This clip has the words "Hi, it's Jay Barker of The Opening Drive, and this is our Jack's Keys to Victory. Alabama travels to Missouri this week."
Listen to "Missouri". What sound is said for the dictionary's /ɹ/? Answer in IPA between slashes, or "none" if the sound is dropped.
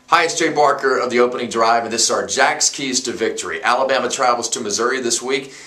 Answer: /ɹ/